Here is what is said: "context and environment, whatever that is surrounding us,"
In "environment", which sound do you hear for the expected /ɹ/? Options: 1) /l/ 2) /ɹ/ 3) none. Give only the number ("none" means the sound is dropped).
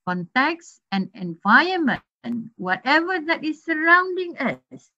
3